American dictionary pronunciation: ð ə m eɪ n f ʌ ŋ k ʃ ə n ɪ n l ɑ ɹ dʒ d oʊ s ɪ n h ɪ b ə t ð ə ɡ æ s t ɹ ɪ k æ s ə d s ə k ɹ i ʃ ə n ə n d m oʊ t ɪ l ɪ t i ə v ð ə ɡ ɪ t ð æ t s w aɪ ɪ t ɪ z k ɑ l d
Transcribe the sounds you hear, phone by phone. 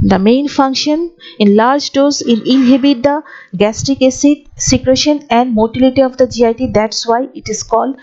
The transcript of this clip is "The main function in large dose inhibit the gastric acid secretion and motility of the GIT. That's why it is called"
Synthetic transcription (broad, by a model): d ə m eɪ n f ʌ ŋ k ʃ ə n ɪ n l ɑ ɹ dʒ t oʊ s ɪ n h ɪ b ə t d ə ɡ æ s t ɪ k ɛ s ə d s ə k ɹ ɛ ʃ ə n ə n d m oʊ t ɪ l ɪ t i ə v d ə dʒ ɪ t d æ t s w aɪ ɪ t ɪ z k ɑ l d